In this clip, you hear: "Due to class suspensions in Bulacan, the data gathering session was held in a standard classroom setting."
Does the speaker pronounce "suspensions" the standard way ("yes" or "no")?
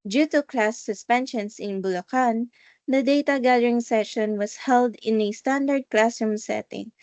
no